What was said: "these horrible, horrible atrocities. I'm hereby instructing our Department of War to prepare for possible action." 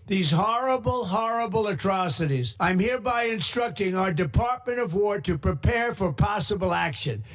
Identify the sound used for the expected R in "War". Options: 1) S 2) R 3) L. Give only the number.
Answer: 2